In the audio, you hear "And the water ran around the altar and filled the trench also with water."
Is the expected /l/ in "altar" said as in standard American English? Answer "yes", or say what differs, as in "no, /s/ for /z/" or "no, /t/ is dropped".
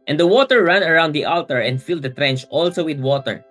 yes